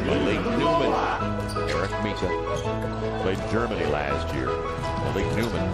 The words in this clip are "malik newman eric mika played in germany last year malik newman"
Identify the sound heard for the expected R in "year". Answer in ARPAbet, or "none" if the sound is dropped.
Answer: R